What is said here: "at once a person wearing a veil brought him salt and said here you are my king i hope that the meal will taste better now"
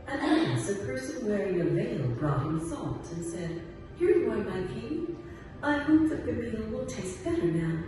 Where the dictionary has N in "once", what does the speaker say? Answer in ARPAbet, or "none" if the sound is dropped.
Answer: none